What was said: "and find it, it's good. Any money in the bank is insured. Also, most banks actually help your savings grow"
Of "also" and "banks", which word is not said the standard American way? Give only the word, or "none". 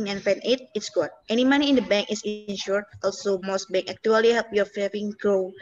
banks